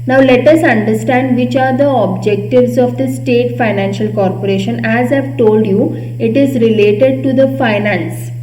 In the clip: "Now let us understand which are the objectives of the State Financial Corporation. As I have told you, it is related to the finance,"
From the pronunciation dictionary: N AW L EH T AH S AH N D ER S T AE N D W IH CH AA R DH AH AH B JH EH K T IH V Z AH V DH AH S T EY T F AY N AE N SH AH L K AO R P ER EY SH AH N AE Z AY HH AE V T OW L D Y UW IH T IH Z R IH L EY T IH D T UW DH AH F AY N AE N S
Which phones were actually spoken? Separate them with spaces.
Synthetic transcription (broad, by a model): N AW L EH T AH S AH N D ER S T AE N D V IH CH AA R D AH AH B JH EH K T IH V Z AH V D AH S T EY T F AY N AE N SH AH L K AO R P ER EY SH AH N AE Z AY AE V T OW L D Y UW IH T IH Z R IH L EY T IH D T UW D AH F AY N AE N S